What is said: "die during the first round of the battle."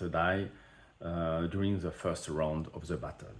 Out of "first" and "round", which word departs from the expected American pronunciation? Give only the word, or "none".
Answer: none